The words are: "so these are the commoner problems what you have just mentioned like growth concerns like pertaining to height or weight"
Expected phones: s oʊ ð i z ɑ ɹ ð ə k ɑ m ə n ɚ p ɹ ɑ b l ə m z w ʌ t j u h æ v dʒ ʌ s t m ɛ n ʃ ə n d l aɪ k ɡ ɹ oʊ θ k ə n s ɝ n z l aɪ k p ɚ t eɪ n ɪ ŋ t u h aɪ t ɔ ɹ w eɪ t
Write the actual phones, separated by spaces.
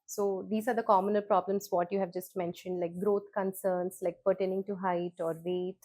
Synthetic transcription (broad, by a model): s oʊ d i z ɑ ɹ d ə k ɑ m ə n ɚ p ɹ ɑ b l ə m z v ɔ t j u h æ v dʒ ʌ s t m ɛ n ʃ ə n d l aɪ k ɡ ɹ oʊ t k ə n s ɝ n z l aɪ k p ɚ t eɪ n ɪ ŋ t u h aɪ t ɔ ɹ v eɪ t